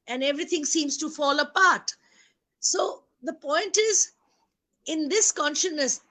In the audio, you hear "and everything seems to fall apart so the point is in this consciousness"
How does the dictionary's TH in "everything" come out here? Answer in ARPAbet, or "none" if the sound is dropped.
T